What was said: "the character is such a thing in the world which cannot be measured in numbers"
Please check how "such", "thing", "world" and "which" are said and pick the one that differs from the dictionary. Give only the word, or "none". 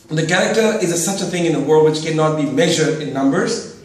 none